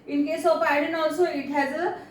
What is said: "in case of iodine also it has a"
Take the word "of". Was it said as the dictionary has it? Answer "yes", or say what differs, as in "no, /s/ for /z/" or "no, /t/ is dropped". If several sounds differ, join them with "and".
no, /p/ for /v/